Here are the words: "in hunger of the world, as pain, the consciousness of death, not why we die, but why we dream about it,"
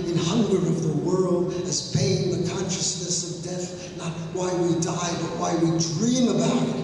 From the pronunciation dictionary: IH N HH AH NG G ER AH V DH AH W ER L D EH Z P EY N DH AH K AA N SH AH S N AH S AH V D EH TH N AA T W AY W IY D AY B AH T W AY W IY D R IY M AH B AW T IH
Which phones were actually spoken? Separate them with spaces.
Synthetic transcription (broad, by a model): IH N HH AH NG G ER AH V DH AH W ER L D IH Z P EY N DH AH K AA N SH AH S N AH S AH V D EH TH N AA T W AY W IY D AY B AH T W AY W IY D R IY M AH B AW T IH